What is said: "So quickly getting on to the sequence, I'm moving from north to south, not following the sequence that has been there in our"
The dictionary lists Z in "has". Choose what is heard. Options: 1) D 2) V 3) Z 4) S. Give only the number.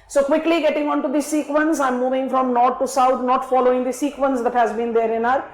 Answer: 3